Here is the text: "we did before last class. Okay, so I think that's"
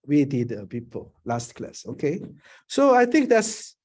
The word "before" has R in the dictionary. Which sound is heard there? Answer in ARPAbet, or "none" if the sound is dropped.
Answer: L